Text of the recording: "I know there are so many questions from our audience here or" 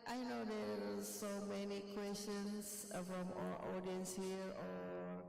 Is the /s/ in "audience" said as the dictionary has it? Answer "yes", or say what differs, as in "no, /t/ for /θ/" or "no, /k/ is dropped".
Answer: yes